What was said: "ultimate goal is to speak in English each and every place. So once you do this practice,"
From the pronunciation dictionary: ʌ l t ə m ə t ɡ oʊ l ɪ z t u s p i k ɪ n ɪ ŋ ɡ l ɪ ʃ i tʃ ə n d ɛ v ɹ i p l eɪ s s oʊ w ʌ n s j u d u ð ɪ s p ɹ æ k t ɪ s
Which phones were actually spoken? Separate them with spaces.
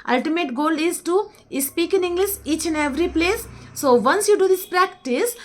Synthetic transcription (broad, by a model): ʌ l t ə m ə t ɡ oʊ l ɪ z t u s p i k ɪ n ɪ ŋ ɡ l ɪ s i tʃ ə n ɛ v ɹ i p l eɪ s s oʊ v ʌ n s j u d u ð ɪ s p ɹ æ k t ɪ s